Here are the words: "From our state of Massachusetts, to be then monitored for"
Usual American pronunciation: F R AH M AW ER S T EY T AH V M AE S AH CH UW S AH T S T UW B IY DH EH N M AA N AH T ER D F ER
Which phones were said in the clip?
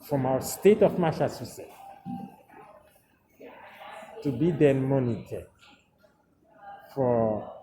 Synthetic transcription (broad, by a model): F R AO M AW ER S T EY T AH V M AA SH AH S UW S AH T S T UW B IY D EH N M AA N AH T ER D F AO